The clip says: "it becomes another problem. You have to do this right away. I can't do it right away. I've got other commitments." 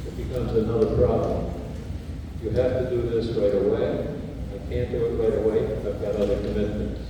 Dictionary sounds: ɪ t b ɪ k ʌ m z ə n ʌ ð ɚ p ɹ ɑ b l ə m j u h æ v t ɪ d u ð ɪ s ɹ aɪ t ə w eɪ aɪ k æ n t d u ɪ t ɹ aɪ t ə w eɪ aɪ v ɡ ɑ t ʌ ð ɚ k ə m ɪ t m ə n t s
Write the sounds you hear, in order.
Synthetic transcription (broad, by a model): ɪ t b ɪ k ʌ m z ə n ʌ ð ɚ p ɹ ɑ b l ə m j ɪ h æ f t ɪ d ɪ ð ɪ s ɹ aɪ t ə w eɪ aɪ k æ n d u ɪ t ɹ aɪ t ə w eɪ aɪ v ɡ ɑ t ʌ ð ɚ k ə m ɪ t m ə n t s